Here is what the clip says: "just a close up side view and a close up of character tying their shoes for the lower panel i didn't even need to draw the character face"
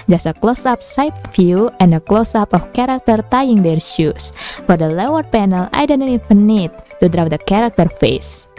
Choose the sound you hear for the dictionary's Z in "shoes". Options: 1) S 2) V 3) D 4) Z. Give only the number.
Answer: 1